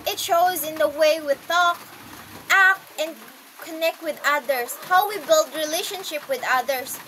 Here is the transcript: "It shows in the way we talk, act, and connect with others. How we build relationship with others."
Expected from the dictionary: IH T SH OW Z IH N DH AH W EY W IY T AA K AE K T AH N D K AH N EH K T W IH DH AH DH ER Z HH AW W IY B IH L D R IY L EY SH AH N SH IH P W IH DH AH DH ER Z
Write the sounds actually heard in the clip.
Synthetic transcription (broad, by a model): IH T SH OW Z IH N DH AH W EY W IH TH AA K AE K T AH N K AH N EH K T W IH DH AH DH ER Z HH AW W IY B IH L D R IY L EY SH AH N SH IH P W IH DH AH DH ER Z